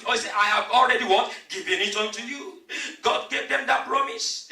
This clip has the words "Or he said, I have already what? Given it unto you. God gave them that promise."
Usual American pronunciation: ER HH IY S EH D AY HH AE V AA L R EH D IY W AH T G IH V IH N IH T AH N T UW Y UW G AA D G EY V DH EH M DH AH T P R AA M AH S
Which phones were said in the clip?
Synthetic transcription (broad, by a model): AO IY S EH AY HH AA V AA L R EH D IY W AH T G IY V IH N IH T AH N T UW Y UW G AA D G EY V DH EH M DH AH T P R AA M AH S